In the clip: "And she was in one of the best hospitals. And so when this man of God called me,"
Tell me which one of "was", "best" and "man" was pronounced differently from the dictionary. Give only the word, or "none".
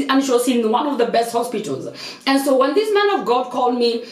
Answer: was